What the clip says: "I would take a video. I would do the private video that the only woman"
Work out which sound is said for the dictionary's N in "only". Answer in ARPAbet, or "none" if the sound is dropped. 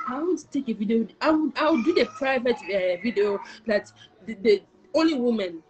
N